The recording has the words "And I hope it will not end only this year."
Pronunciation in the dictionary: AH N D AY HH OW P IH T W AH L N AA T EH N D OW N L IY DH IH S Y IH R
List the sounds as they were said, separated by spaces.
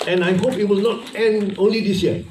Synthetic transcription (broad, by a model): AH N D AY HH OW P IH T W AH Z N AA T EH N OW N L IY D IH S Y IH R